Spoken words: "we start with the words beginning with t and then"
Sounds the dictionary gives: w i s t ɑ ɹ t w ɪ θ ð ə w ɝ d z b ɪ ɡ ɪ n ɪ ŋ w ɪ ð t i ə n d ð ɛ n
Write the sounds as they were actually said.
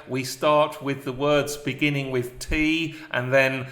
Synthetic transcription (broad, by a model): w i s t ɑ ɹ t w ɪ ð ə w ɝ d z b ɪ ɡ ɪ n ɪ ŋ w ɪ ð t i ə n ð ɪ n